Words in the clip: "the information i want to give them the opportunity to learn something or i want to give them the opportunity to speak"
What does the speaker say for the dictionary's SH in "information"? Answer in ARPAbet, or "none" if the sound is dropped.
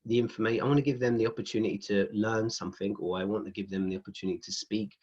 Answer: none